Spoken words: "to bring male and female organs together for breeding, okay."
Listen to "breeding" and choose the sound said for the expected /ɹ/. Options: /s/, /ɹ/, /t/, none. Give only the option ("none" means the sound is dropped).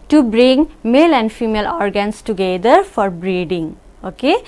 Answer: /ɹ/